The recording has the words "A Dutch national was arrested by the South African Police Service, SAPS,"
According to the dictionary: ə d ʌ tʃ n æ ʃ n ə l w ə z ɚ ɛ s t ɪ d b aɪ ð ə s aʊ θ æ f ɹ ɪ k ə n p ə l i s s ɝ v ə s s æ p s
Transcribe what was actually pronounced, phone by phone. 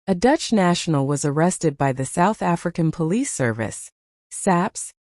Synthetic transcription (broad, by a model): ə d ʌ tʃ n æ ʃ n l w ə z ɚ ɛ s t ɪ d b aɪ ð ə s aʊ θ æ f ɹ ɪ k ə n p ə l i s s ɝ v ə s s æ p s